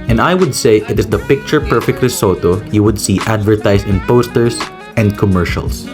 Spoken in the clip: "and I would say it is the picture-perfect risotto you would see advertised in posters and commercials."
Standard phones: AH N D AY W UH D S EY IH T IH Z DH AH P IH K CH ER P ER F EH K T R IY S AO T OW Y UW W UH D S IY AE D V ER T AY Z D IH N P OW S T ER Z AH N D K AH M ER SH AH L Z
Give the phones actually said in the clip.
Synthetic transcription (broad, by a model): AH N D AY W UH D S EY IH T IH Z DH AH P IH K CH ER P ER F EH K T L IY S AO T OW Y UW W UH D S IY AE D V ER T AY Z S IH N P OW S T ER S AH N D K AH M ER SH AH L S